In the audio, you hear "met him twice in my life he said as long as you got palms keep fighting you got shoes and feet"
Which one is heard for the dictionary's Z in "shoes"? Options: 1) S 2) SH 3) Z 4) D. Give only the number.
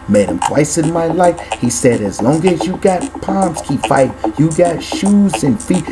3